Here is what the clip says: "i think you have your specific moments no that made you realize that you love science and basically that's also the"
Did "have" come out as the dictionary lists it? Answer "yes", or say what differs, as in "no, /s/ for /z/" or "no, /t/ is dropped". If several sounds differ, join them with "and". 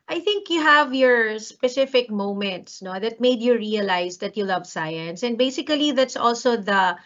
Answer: yes